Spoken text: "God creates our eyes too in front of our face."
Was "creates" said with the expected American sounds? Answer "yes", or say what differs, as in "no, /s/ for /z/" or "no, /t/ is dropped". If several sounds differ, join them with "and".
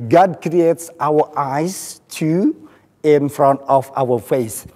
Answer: yes